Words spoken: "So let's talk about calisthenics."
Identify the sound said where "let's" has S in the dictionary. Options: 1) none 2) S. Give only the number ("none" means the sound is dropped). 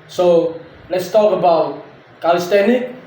2